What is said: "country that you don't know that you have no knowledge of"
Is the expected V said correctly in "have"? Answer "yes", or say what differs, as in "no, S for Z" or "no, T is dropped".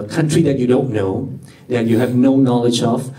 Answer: yes